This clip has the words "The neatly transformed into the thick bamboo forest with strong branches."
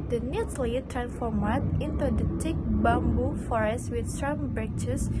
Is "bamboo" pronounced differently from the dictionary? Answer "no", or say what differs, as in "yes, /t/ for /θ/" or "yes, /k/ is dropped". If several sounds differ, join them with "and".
no